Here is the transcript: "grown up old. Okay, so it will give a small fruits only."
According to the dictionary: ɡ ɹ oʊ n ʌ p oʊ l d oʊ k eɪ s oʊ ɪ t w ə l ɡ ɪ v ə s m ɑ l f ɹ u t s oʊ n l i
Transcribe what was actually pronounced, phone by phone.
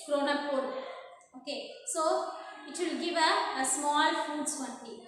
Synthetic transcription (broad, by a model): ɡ ɹ oʊ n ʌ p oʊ d oʊ k eɪ s oʊ ɪ t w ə l ɡ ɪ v ə s m ɑ l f u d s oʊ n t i